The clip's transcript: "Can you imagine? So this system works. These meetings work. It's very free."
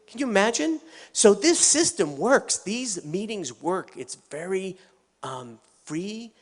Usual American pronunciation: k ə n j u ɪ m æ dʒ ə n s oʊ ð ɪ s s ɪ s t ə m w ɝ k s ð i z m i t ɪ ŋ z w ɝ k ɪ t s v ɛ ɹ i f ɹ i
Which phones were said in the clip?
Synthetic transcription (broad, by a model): k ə n j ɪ ɪ m æ dʒ ə n s oʊ ð ɪ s s ɪ s t ə m w ɝ k s ð i z m i t ɪ ŋ z w ɝ k ɪ t s v ɛ ɹ i f ɹ i